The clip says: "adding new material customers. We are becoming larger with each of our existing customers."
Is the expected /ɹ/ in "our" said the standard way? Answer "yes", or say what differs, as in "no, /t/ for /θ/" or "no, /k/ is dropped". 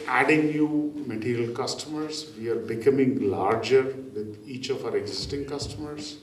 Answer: yes